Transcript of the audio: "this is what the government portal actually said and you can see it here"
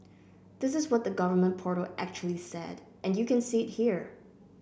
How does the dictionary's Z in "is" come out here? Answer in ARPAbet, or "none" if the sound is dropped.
Z